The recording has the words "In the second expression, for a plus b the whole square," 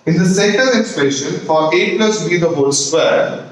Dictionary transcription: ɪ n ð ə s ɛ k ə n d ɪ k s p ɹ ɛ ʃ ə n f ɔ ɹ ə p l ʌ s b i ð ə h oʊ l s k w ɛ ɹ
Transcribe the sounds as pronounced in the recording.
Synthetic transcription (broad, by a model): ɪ n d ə s ɛ k ə n d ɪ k s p ɛ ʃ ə n f ɔ ɹ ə p l ʌ s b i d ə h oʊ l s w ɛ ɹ